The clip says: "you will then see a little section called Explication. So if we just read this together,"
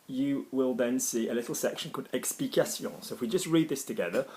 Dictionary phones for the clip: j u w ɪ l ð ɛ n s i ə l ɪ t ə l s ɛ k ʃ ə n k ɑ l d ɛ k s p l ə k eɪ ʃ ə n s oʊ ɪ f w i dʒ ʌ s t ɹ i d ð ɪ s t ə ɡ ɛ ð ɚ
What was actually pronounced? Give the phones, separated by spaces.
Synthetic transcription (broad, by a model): j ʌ w ɪ l ð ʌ n s i ə l ɪ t l s ɛ k ʃ ə n k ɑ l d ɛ k s p ə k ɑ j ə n s oʊ ɪ f w i dʒ ʌ s t ɹ i d ð ɪ s t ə ɡ ɛ ð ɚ